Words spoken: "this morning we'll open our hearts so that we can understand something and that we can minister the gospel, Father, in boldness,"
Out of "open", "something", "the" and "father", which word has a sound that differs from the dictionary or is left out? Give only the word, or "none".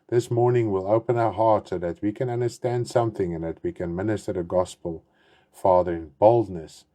none